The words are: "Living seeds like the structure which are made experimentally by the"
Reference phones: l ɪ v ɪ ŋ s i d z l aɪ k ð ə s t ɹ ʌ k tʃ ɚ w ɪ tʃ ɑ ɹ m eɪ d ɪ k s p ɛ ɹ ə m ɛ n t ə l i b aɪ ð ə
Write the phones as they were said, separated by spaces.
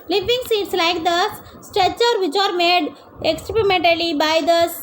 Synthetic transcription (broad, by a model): l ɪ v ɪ ŋ s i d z l aɪ k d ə s t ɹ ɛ tʃ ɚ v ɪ tʃ ɑ ɹ m eɪ d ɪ k s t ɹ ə m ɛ n t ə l i b aɪ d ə